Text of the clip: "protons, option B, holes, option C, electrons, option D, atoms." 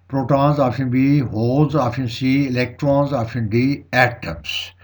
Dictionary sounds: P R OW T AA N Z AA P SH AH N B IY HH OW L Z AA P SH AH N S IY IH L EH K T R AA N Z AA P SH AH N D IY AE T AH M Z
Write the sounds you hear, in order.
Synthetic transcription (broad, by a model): P R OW T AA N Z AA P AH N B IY HH OW L Z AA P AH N S IY IH L EH K T R AA N Z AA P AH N D IY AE T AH M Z